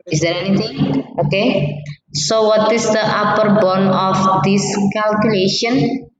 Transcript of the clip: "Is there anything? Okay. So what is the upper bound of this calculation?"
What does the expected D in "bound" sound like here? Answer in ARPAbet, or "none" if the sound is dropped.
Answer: none